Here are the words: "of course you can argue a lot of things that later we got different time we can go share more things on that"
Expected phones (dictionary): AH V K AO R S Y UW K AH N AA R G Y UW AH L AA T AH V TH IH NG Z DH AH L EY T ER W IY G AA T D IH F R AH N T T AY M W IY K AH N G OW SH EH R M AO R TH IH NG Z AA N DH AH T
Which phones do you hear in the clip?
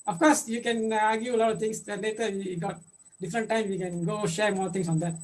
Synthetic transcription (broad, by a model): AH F K AO R S Y UW K AH N AA R G Y UW AH L AA T AH V T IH NG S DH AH L EY T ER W IY G AA T D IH F R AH N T T AY M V IY K AH N G OW SH EH R M AO R T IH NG S AA N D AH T